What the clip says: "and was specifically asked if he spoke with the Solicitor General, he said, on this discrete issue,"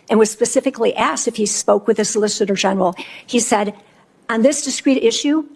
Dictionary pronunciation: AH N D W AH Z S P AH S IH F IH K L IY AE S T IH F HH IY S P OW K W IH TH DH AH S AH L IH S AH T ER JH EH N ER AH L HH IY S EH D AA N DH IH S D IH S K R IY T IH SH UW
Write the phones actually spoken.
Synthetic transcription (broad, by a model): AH N W AH Z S P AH S IH F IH K L IY AE S T IH F HH IY S P OW K W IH DH AH S AH L IH S AH T ER JH EH N ER L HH IY S EH D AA N DH IH S D IH S K R IY T IH SH UW